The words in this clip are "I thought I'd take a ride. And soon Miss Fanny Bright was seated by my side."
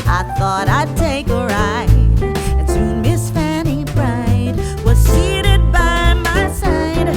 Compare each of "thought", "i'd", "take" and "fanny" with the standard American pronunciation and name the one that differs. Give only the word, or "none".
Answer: none